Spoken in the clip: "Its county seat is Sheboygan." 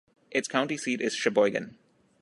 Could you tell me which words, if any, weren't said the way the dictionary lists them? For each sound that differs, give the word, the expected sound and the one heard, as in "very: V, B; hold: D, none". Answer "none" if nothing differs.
none